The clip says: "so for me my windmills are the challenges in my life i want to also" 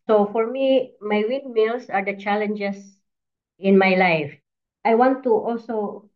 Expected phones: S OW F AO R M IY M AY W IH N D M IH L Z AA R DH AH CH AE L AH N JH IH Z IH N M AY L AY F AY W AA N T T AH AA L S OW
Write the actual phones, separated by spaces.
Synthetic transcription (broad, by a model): S OW F AO R M IY M AY W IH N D M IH L S AA R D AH CH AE L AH N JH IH S IH N M AY L AY F AY W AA N T T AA L S OW